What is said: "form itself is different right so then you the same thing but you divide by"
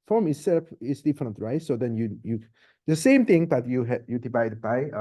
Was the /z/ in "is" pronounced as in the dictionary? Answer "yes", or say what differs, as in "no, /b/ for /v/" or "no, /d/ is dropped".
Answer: no, /s/ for /z/